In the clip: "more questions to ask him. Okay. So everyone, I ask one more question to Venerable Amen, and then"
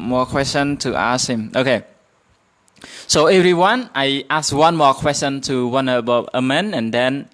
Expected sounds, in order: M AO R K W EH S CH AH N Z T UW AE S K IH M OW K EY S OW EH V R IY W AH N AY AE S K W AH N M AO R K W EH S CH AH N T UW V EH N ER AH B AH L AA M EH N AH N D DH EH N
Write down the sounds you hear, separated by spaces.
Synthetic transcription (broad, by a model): M AO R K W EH S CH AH N T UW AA S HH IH M OW K EY S OW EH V R IY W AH N AY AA S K W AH N M AO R K W EH S CH AH N T UW W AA N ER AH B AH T AA M EH N AH N D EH N